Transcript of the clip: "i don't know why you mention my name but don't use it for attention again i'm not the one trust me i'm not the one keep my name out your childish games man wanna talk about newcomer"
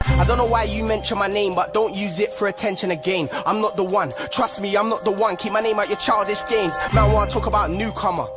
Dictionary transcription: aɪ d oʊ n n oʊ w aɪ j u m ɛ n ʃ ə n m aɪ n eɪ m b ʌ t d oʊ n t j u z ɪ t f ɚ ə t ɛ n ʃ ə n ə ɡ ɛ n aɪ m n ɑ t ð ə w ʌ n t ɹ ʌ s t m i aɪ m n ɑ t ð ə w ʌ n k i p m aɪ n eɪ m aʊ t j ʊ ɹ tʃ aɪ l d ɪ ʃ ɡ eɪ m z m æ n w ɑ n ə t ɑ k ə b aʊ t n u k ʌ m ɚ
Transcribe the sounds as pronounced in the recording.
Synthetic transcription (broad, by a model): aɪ d oʊ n n oʊ w aɪ j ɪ m ɛ n ʃ ə n m aɪ n eɪ m b ʌ t d oʊ n t j u z ɪ t f ɚ ə t ɛ n ʃ ə n ə ɡ ɛ n aɪ m n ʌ t ð ə w ʌ n t ɹ ʌ s t m i aɪ m n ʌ t ð ə w ʌ n k i p m aɪ n eɪ m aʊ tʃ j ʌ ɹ tʃ aɪ l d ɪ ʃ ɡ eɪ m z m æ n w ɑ ə t ɑ k ə b aʊ t n u k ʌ m ɚ